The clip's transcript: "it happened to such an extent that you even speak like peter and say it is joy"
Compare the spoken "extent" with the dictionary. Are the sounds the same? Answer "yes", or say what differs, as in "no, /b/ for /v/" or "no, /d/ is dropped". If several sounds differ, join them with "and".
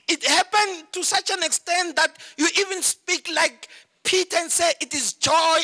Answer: yes